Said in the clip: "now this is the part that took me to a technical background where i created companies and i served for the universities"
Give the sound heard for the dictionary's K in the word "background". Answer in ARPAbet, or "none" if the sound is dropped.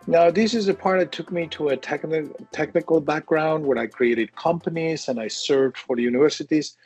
K